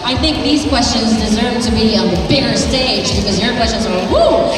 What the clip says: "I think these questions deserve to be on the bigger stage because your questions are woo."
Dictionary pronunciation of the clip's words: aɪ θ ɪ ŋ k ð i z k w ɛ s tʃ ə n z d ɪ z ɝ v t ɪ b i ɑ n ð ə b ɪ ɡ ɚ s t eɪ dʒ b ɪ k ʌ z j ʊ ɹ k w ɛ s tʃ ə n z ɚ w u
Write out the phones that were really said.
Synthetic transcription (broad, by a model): aɪ θ ɪ ŋ k ð i z k w ɛ s tʃ ə n z d ɪ z ɝ v t ɪ b i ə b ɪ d ɚ s t eɪ dʒ b ɪ k ʌ z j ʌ ɹ k w ɛ s tʃ ə n z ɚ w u